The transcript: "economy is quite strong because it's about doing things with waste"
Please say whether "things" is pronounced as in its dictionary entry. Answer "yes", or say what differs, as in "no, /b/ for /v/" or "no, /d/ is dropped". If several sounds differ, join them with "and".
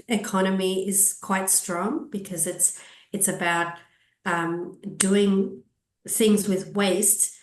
yes